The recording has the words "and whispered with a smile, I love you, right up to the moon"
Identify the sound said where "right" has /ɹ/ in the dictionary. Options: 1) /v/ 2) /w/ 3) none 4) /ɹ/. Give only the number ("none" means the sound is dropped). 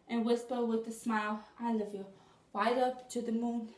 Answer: 2